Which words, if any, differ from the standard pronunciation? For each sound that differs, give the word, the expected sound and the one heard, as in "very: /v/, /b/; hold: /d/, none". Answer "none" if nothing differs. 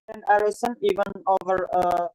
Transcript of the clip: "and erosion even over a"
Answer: erosion: /ʒ/, /s/